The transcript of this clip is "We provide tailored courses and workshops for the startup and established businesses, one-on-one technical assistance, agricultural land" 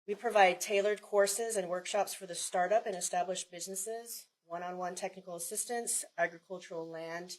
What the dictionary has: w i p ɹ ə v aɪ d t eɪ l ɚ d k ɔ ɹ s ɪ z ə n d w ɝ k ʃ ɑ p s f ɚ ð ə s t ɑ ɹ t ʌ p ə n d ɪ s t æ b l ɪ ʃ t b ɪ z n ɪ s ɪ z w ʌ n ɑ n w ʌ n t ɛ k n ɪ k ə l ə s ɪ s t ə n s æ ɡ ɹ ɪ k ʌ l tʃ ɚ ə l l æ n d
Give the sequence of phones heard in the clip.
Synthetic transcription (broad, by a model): w i p ɹ ə v aɪ d t eɪ l ɚ d k ɔ ɹ s ɪ z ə n w ɝ k ʃ ɑ p s f ɚ ð ə s t ɑ ɹ t ʌ p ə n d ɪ s t æ b l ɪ ʃ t b ɪ z n ɪ s ɪ z w ʌ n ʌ n w ʌ n t ɛ k n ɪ k l ə s ɪ s t ə n s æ ɡ ɹ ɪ k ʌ l tʃ ɚ l l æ n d